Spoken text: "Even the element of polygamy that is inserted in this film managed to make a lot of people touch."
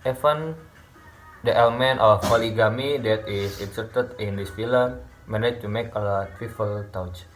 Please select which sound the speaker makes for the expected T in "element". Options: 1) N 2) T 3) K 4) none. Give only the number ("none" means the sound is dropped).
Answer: 2